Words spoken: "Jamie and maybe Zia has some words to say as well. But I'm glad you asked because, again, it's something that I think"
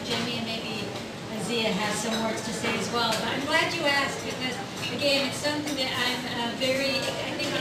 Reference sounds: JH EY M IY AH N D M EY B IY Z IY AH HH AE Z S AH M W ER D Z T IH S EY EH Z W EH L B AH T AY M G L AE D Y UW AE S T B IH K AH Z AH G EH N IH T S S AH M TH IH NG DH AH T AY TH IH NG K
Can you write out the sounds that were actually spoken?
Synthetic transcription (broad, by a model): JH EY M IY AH N M EY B IY Z IY AH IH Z S AH M W ER D Z T IH S EY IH Z W EH L B AH T AY M G L AE D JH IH AE S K B IH K AH Z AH G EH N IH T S S AH M TH IH NG DH AH T AY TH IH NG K